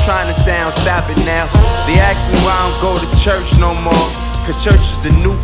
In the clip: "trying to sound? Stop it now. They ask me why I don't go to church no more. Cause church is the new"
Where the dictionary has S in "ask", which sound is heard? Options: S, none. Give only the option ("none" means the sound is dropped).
none